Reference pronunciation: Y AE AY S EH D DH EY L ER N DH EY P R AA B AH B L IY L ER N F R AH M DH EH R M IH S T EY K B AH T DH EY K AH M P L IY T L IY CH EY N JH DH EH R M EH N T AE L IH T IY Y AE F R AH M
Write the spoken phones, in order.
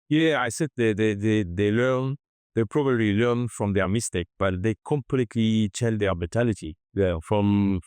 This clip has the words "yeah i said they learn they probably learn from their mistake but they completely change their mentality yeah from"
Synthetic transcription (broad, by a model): Y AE AY S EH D DH EY L ER N DH EY P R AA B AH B L IY L ER N F R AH M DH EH R M IH S T EY K B AH T DH EY K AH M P L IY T L IY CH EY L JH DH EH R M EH T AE L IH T IY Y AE F R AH M